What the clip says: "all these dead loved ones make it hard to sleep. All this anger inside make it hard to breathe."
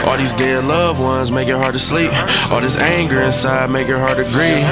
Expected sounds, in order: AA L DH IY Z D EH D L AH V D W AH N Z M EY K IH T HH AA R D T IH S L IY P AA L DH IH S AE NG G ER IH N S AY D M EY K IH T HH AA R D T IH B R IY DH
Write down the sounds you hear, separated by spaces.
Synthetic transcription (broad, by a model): AA L DH IY Z D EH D L AH V W AH N Z M EY K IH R HH AA R D T IH S L IY P AA L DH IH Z AE NG G ER IH N S AY D M EY K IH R HH AA R D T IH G R IY